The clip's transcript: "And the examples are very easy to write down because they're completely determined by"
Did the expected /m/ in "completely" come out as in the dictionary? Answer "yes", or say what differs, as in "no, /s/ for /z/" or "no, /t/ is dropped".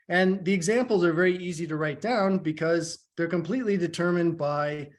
yes